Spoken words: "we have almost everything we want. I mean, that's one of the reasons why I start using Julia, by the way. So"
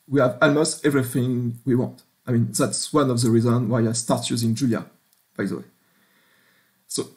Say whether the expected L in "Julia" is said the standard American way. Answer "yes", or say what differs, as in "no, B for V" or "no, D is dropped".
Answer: yes